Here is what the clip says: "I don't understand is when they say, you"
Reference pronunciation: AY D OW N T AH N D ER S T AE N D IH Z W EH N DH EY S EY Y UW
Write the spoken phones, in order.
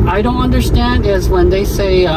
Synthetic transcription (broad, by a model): AY D OW N T AH N D ER S T AE N D IH Z W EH N DH EY S EY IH